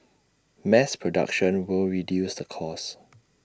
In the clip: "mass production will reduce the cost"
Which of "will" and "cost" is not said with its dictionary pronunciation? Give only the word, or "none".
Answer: cost